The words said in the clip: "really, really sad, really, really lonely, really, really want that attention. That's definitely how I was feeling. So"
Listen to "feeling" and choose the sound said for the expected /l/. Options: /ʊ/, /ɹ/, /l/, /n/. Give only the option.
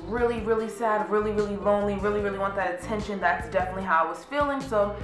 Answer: /l/